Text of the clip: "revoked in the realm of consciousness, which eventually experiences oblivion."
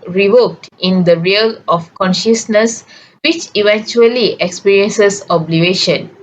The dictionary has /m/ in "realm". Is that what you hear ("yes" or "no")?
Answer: no